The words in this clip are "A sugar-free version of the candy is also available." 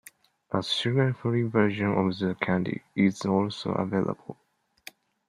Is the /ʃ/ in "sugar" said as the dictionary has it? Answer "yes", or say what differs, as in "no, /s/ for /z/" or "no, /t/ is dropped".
no, /s/ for /ʃ/